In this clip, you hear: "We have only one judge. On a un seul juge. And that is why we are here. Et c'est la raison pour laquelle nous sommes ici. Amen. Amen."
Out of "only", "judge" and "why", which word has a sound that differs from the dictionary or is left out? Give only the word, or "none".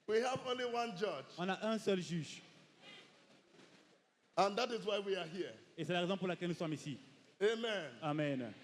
none